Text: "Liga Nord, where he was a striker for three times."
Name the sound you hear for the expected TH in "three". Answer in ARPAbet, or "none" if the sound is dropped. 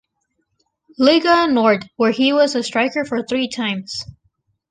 TH